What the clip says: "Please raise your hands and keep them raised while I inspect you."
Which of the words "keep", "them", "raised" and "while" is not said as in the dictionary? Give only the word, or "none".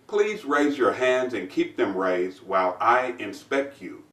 none